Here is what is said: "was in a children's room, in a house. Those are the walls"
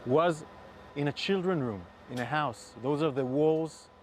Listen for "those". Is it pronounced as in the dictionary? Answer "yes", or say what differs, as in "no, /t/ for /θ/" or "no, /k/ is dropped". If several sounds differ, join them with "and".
yes